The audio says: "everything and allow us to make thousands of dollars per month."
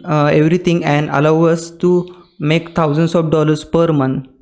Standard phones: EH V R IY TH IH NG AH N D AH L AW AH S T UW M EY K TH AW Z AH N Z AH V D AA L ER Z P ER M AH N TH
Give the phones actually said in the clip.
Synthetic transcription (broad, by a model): EH V R IY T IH NG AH N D AH L AW AH S T UW M EY K T AW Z AH N S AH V D AA L ER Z P ER M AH N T